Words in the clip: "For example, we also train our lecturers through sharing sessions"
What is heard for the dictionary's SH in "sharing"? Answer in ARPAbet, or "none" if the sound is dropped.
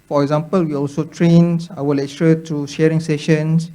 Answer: SH